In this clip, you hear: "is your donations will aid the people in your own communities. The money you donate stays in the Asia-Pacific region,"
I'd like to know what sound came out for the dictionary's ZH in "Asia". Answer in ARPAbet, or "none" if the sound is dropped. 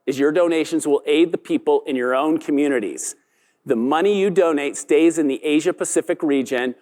ZH